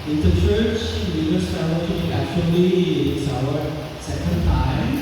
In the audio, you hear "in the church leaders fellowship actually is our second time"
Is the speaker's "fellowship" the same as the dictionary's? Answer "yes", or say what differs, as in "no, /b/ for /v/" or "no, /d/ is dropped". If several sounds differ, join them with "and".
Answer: no, /p/ is dropped